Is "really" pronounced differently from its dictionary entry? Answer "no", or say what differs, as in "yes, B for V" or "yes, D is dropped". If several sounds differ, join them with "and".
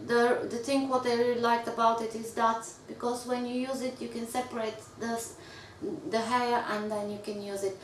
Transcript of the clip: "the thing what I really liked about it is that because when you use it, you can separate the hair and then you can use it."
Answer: yes, L is dropped